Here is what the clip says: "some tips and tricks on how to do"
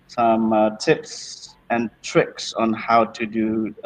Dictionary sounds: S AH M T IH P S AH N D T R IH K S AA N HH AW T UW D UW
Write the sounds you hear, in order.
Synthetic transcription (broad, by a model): S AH M T IH P S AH N T R IH K S AA N HH AW T UW D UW